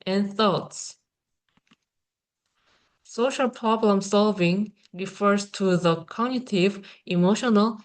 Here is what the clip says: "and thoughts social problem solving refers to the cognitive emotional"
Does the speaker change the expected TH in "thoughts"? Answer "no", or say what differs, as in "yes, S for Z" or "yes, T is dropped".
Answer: no